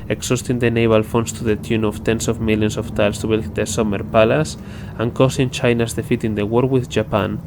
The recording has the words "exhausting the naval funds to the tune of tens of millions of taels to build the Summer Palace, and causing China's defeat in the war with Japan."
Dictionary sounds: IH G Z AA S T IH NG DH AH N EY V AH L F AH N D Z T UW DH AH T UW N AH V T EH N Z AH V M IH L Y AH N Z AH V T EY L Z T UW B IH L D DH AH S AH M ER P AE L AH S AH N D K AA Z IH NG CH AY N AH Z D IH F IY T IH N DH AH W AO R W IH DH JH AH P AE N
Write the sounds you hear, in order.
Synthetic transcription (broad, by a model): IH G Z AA S T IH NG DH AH N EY B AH L F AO N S T UW DH AH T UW N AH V T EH N S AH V M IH L Y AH N S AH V T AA L S T UW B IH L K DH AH S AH M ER P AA L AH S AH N K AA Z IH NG CH AY N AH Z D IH F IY T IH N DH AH W AO R W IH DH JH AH P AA N